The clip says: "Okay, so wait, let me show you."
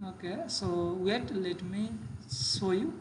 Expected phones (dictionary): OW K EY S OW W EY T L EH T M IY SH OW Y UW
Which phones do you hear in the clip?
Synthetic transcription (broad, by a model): OW K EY S OW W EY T L EH T M IY S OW Y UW